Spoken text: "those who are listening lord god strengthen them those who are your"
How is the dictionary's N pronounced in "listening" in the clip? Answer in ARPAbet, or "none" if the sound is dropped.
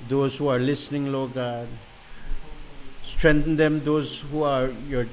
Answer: N